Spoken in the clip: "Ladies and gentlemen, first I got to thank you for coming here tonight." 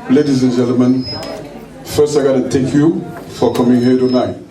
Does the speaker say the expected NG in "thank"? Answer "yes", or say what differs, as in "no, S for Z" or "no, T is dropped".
no, NG is dropped